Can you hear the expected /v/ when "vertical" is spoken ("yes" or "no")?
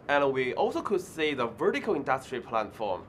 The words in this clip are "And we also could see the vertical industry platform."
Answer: yes